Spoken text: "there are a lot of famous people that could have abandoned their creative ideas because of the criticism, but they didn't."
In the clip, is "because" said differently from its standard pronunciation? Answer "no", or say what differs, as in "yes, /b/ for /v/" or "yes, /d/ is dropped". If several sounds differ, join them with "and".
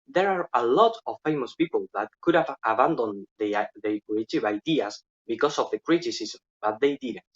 yes, /s/ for /z/